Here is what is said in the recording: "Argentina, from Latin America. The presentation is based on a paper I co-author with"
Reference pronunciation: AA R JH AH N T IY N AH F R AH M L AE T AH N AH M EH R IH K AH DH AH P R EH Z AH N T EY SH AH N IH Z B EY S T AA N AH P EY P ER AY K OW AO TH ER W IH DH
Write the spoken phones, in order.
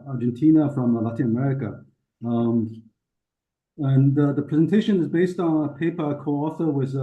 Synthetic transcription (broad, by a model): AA R JH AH N T IY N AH F R AH M L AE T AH N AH M EH R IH K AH DH AH P R EH Z AH N T EY SH AH N IH Z B EY S T N AH P EY P ER K OW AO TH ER W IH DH